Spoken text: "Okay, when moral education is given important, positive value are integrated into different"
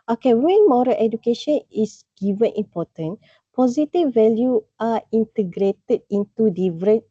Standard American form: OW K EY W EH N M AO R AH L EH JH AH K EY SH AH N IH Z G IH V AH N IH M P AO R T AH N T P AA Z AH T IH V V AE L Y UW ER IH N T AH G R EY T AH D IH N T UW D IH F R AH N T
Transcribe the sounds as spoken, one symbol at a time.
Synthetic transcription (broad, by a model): OW K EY W EH N M AO R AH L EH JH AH K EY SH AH N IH S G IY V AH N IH M P AO T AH N P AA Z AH T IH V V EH L Y UW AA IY N T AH G R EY T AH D IH N T UW D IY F R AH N